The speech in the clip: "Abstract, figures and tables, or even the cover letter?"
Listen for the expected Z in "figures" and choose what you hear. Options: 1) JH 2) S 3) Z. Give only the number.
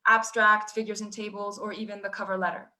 3